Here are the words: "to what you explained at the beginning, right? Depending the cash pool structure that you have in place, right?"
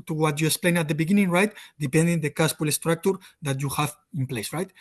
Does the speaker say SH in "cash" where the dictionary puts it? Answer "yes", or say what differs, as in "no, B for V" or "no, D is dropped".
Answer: no, S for SH